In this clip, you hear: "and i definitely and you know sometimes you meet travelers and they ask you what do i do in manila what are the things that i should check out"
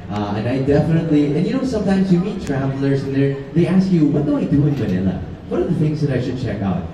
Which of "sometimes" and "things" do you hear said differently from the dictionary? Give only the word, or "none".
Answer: none